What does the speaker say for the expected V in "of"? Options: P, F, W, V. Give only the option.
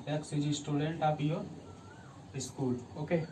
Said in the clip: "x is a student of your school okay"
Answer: P